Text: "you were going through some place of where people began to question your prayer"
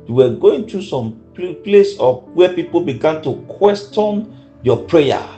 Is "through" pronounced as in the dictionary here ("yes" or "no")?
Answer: no